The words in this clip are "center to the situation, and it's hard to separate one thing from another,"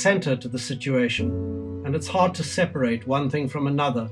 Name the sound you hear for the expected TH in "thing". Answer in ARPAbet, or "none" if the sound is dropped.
TH